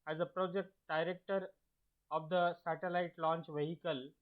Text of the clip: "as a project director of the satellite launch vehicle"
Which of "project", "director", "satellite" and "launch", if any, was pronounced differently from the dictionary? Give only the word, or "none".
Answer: none